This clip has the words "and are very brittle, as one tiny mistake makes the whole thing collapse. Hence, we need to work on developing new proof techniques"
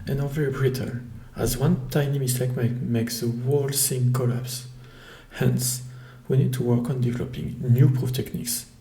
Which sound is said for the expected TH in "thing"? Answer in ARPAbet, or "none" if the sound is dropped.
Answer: S